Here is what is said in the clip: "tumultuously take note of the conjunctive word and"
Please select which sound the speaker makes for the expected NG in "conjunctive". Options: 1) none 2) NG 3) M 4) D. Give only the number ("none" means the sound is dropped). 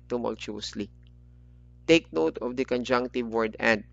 2